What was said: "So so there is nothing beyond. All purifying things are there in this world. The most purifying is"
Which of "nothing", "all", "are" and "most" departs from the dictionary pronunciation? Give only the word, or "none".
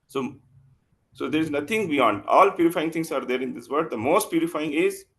nothing